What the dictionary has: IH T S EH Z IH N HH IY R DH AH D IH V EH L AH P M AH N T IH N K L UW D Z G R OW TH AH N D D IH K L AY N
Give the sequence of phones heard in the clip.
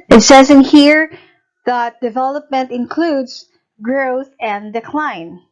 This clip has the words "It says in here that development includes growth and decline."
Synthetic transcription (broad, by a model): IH T S EH Z IH N HH IY R DH AH D IH V EH L AH P M AH N T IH N K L UW D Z G R OW TH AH N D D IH K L AY N